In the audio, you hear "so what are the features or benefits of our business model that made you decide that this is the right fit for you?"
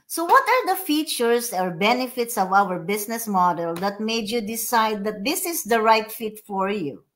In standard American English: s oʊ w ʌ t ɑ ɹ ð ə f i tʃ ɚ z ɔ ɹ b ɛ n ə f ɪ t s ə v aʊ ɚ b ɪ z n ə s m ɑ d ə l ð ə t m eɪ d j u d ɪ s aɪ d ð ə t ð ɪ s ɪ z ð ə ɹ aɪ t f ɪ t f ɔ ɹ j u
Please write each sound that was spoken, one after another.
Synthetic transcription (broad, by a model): s oʊ w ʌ t ɑ ɹ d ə f i tʃ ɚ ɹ ɔ ɹ b ɛ n ə f ɪ t s ə v aʊ ɚ b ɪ s n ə s m ɑ d ə l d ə t m eɪ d j u d ɪ s aɪ d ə t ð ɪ s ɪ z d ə ɹ aɪ t f ɪ t f ɔ ɹ j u